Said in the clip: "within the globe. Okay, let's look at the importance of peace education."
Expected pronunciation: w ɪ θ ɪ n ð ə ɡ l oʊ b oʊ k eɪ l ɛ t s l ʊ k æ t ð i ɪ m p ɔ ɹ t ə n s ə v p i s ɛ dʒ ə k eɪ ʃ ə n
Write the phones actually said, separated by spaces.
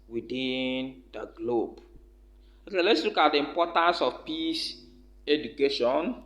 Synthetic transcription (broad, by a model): w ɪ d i n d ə ɡ l oʊ b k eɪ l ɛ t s l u k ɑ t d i m p ɔ t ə n s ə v p i s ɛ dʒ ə k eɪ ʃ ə n